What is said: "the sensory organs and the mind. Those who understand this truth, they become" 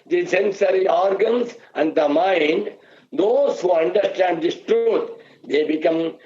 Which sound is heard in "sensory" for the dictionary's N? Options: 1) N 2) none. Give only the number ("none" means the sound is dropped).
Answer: 1